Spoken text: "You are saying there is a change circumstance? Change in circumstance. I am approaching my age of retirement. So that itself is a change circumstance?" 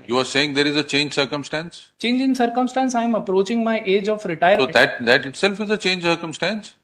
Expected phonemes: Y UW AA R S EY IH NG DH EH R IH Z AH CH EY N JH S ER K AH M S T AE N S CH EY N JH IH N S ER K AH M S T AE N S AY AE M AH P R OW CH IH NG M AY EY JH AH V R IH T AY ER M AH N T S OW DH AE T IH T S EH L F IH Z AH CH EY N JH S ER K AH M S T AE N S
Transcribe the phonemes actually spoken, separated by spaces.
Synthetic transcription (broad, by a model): Y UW AA R S EY IH NG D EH R IH Z AH CH EY N JH S ER K AH M S T AE N S CH EY N JH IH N S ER K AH M S T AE N S AY M AH P R OW CH IH NG M AY EY JH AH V R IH T AY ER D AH T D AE T IH T S EH L F IH Z AH CH EY N JH S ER K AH M S T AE N S